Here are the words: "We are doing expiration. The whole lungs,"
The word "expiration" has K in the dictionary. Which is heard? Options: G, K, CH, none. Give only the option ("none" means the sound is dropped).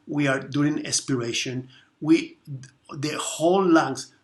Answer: none